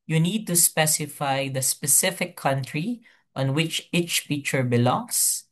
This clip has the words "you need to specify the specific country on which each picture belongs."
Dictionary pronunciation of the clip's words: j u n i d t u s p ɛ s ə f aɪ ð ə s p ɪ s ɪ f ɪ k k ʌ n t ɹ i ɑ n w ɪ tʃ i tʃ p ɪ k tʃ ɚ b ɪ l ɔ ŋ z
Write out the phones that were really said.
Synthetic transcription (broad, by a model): j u n i d t u s p ɛ s ə f aɪ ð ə s p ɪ s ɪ f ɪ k k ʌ n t ɹ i ɑ n w ɪ tʃ i tʃ f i tʃ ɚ b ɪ l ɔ ŋ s